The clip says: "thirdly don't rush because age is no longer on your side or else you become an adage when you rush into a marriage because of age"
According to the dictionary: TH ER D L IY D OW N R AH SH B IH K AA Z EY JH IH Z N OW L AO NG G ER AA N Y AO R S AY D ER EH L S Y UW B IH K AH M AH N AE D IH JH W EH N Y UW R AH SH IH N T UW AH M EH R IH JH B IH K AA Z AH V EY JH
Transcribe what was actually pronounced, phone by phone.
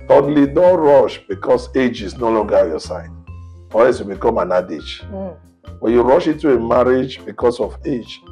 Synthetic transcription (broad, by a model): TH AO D L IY D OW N R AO SH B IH K AA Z EY JH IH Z N OW L AO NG G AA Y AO S AY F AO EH S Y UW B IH K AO M AH N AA D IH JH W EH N Y UW R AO SH IH N T UW AH M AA R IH JH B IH K AA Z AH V EY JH